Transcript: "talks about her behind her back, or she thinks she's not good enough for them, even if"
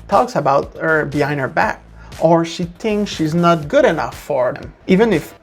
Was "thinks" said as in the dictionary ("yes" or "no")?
yes